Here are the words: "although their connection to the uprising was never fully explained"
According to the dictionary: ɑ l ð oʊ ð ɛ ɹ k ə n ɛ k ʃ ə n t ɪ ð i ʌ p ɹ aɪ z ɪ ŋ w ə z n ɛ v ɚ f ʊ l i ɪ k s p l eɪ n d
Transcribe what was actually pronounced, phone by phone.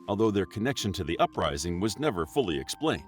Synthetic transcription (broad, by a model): ɑ l ð oʊ ð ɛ ɹ k ə n ɛ k ʃ ə n t ɪ ð i ʌ p ɹ aɪ z ɪ ŋ w ə z n ɛ v ɚ f ʊ l i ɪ k s p l eɪ n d